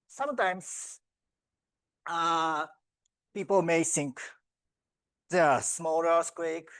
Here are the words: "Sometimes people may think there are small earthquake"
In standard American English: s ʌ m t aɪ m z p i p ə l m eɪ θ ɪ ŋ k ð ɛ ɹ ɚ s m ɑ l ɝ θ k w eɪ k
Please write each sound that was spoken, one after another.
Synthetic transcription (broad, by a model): s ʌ m t aɪ m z p i p ə l m eɪ s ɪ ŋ k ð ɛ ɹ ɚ s m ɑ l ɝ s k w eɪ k